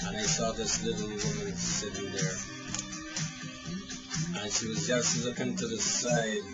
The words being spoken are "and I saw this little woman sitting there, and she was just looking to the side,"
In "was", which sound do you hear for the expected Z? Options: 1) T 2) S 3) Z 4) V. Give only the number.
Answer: 3